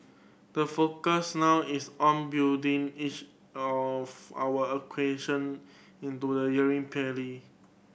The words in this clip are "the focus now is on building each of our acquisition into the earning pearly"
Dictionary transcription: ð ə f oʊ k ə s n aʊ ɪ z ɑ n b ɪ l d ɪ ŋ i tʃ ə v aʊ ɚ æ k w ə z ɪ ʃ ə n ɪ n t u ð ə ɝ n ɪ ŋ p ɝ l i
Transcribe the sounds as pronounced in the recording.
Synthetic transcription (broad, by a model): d ə f oʊ k ə s n aʊ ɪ s ɑ n b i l d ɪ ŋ i tʃ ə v aʊ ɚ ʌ k w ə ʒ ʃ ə n ɪ n t u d ə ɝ ɪ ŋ p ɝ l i